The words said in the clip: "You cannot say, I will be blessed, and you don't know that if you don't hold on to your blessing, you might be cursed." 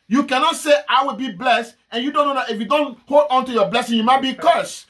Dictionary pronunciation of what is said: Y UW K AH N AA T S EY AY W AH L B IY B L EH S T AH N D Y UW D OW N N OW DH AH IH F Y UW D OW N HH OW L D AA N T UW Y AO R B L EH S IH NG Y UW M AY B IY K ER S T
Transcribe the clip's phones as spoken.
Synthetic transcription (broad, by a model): Y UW K AH N AA T S EY AY W AH L B IY B L EH S T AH N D Y UW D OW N N OW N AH IH F Y UW D OW N HH OW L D AA N T UW Y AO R B L EH S IH NG Y UW M AY B IY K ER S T